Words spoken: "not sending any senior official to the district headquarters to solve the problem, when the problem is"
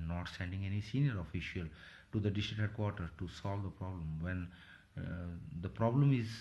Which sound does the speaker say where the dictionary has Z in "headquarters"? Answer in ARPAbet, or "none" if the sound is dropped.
none